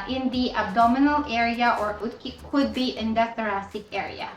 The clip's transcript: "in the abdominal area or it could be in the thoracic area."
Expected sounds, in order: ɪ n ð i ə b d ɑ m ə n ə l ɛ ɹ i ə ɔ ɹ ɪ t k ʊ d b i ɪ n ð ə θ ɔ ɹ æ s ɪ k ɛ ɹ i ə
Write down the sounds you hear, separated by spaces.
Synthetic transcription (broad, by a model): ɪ n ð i ə b d ɑ m ə n ə l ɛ ɹ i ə ɔ ɹ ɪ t k ʊ d b i ɪ n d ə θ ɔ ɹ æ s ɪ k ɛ ɹ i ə